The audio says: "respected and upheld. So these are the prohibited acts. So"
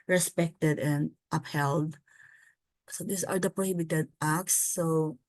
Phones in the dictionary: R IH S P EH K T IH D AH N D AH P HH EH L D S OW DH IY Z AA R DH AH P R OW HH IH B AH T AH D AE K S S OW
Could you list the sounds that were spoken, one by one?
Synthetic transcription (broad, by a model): R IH S P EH K T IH D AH N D AH P HH EH L D S OW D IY S AA R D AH P R OW HH IH B AH T AH D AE K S S OW